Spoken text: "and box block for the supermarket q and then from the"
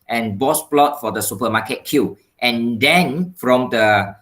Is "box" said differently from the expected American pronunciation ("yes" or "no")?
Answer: yes